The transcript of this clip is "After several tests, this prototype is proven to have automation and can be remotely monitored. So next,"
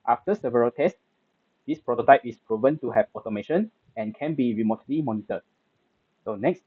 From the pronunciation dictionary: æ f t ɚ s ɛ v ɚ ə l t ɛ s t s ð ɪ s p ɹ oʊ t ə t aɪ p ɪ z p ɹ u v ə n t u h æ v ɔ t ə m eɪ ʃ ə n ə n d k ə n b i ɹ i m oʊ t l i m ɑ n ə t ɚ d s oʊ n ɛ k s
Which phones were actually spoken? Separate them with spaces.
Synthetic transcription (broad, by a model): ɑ f t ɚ s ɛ v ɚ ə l t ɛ s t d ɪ s p ɹ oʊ t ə t aɪ p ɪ s p ɹ u v ə n t u h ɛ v ɔ t ə m eɪ ʃ ə n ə n k ə n b i ɹ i m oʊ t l i m ɑ n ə t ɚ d s oʊ n ɛ k s